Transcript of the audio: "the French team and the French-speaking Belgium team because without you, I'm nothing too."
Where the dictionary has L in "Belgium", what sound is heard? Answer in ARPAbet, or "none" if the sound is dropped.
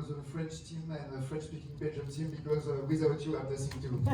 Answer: none